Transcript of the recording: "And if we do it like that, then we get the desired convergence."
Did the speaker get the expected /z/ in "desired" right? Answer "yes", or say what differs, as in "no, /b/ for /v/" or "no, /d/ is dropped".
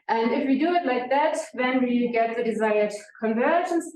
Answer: yes